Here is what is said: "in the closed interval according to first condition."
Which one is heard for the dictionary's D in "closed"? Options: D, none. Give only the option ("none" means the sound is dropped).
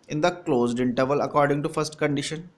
D